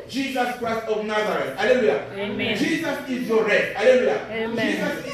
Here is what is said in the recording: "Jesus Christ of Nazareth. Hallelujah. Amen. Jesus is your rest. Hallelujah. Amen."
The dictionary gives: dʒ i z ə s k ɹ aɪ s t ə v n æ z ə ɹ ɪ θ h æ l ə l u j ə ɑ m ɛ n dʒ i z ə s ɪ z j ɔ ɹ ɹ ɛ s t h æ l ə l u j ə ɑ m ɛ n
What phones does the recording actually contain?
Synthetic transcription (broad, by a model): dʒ i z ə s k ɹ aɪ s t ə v n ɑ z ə ɹ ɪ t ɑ l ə l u j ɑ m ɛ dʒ i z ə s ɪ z j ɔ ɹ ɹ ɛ t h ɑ l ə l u j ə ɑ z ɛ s